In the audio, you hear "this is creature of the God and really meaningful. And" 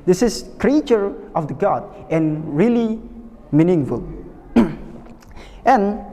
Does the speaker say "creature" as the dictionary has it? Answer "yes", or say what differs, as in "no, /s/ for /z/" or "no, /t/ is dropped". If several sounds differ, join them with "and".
yes